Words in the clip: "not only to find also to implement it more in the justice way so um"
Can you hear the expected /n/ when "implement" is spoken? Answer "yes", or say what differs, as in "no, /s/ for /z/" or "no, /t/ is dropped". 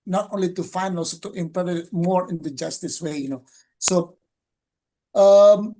no, /n/ is dropped